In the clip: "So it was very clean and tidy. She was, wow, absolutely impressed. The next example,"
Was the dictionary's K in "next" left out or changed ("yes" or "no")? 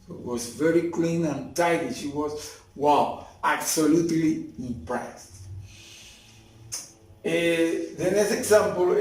yes